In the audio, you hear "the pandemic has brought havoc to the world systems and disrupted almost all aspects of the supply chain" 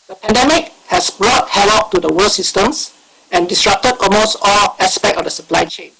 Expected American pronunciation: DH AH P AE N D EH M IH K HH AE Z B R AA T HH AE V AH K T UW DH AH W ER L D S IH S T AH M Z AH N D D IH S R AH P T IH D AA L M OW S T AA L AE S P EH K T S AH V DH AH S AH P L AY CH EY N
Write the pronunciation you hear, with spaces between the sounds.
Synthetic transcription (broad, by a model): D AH P AE N D EH M IH K HH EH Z B R AA T HH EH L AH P T UW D AH W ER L S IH S T AH M S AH N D D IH S R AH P T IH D AA L M OW S T AA L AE S P EH K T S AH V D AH S AH P L AY CH EY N